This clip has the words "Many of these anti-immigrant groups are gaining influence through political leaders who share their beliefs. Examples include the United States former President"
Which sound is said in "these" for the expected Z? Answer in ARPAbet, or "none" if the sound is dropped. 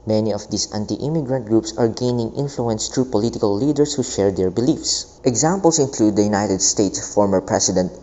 S